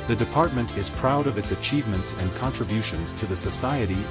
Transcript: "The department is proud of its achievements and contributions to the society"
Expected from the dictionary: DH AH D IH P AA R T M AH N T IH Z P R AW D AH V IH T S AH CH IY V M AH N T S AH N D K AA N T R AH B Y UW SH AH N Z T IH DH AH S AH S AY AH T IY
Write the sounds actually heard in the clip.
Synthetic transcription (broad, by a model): DH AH D IH P AA R T M AH N T IH Z P R AW D AH V IH T S AH CH IY V M AH N T S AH N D K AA N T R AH B Y UW SH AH N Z T IH DH AH S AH S AY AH T IY